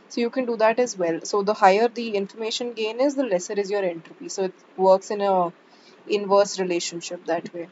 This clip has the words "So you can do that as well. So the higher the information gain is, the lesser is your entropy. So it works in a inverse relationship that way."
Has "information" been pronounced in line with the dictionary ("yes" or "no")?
yes